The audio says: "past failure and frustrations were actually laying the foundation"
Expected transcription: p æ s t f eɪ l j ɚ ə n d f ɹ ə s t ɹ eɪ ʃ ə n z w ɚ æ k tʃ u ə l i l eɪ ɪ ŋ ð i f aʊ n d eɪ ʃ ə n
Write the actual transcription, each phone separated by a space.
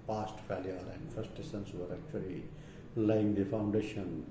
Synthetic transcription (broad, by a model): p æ s t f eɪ l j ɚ ə n d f ə s t eɪ s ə n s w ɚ æ k tʃ u ə l i l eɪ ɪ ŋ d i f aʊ n d eɪ ʃ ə n